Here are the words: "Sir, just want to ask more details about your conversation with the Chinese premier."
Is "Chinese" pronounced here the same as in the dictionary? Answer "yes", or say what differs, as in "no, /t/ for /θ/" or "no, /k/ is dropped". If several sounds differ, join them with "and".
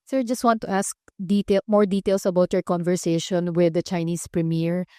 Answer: no, /s/ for /z/